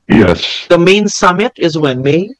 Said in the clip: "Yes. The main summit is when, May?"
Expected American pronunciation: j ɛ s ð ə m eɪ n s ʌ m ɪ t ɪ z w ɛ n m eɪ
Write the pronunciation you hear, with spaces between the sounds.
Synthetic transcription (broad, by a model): j ɛ s ð ə m eɪ n s ʌ m ɪ t ɪ z w ɛ n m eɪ